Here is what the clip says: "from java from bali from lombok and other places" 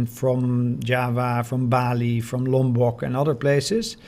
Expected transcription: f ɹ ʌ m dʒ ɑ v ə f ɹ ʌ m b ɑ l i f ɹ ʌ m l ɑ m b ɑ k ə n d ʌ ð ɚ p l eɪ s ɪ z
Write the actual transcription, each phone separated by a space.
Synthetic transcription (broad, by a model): f ɹ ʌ m dʒ ɑ v ə f ɹ ʌ m b ɑ l i f ɹ ʌ m l ɑ m b ɑ k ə n ʌ ð ɚ p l eɪ s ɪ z